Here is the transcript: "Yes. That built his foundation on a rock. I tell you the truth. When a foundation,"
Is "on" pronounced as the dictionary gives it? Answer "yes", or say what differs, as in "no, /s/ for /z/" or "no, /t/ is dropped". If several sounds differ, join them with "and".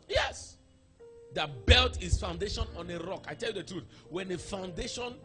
yes